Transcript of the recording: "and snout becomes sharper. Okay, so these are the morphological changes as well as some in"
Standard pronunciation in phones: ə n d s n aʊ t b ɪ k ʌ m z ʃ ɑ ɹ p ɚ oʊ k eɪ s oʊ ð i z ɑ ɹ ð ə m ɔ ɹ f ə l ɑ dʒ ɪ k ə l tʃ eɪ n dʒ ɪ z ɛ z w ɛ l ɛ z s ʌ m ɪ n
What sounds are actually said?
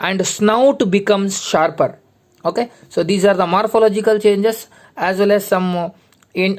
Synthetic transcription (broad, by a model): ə n d s n aʊ t b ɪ k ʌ m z ʃ ɑ ɹ p ɚ oʊ k eɪ s oʊ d i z ɑ ɹ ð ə m ɔ ɹ f ə l ɑ dʒ ɪ k ə l tʃ eɪ n dʒ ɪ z ɛ z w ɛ l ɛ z s ʌ m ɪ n